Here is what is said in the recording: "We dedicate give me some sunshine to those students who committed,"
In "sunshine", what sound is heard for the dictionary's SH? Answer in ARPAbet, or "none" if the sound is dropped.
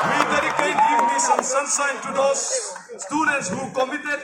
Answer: S